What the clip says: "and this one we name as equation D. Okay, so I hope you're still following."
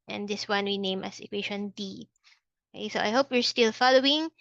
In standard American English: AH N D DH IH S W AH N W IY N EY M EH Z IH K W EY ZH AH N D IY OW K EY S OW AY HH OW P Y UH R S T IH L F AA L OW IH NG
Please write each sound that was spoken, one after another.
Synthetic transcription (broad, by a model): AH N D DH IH S W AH N W IY N EY M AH S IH K W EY SH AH N D IY OW K EY S OW AY HH OW P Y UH R S T IH L F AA L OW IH NG